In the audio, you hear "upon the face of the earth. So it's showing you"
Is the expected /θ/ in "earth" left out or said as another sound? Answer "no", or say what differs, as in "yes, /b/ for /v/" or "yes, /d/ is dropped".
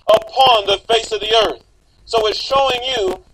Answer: no